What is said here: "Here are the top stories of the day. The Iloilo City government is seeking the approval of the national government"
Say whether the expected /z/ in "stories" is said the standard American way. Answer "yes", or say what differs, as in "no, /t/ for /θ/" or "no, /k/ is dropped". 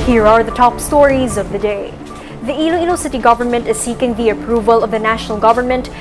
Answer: yes